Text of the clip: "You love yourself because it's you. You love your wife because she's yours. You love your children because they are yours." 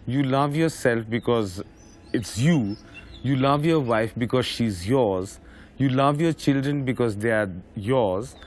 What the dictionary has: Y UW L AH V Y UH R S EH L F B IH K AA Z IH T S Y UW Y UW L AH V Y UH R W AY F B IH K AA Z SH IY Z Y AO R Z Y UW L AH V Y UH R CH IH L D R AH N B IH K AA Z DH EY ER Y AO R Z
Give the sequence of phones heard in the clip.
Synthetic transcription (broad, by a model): Y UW L AH V Y UH R S EH L F B IH K AA Z IH T S Y UW Y UW L AH V Y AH R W AY F B IH K AA Z SH IY Z Y AO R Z Y UW L AH V Y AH R CH IH L D R AH N B IH K AA Z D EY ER Y AO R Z